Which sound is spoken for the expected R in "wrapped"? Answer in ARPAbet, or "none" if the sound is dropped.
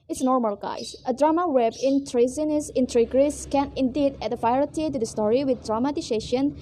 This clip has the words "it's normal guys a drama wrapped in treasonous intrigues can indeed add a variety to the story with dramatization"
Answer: W